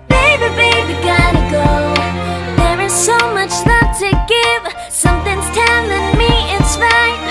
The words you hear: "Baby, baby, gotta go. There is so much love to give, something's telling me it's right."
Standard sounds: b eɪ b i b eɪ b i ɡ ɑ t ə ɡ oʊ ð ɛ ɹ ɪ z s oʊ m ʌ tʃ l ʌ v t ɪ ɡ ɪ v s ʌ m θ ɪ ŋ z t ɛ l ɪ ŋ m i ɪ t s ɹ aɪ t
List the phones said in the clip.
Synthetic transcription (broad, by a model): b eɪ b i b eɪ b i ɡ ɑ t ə ɡ oʊ ð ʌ ɹ ɪ z s oʊ m ʌ tʃ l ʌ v t ɪ ɡ ɪ v s ʌ m θ ɪ ŋ z t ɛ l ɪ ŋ m i ɪ t s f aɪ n